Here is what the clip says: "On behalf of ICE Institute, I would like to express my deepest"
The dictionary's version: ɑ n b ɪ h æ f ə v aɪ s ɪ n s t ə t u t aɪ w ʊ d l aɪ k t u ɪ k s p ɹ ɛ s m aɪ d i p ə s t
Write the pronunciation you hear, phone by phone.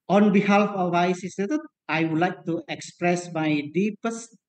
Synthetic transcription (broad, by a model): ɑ n b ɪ h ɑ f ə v aɪ s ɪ s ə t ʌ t aɪ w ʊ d l aɪ k t u ɪ k s p ɹ ɛ s m aɪ d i p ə s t